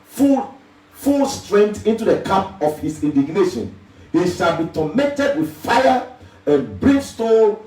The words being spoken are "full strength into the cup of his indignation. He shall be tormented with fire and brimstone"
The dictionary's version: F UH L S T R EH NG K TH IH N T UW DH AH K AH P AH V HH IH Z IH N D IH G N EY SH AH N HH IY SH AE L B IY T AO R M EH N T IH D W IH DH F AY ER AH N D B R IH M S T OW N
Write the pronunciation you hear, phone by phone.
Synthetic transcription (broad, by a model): F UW L S T R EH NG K T IH N T UW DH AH K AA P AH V HH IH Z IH N D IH G N EY SH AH N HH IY SH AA L B IY T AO M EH N T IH D W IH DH F AY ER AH N B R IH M S T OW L